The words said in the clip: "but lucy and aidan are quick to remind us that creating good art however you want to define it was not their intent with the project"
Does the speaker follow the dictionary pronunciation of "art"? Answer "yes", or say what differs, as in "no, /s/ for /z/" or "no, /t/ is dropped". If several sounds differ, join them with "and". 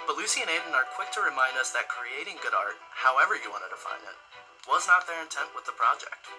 yes